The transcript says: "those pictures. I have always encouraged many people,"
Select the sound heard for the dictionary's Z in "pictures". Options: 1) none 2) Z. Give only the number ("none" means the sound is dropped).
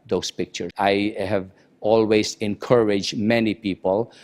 1